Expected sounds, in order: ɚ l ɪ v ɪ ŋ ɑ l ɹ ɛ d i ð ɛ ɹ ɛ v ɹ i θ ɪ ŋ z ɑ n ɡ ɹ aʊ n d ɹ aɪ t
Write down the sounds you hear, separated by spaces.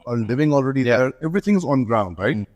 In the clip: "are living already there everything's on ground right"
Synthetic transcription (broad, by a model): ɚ l ɪ v ɪ ŋ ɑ l ɹ ɛ d i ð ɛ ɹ ɛ v ɹ i θ ɪ ŋ z n ɡ ɹ aʊ n d ɹ aɪ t